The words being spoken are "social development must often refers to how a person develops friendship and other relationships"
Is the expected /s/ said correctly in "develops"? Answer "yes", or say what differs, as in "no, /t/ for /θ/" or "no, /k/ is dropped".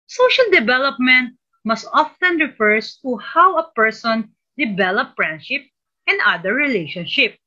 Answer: no, /s/ is dropped